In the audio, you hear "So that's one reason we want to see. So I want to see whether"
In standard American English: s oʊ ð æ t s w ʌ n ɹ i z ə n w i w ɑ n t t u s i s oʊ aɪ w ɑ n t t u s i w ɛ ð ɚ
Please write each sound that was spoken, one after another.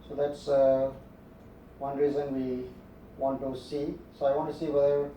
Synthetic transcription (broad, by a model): s oʊ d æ t s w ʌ n ɹ i z ə n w i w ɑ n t t u s i s oʊ aɪ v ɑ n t t u s i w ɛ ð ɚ